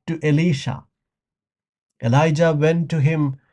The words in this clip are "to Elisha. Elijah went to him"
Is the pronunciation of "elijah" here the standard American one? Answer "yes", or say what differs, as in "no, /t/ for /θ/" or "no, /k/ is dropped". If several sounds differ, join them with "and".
yes